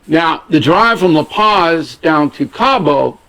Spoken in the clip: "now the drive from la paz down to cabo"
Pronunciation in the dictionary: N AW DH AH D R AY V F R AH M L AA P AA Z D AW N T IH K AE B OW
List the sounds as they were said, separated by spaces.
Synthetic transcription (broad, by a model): N AW DH AH D R AY V F R AH M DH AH P AA Z D AW N T IH K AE B OW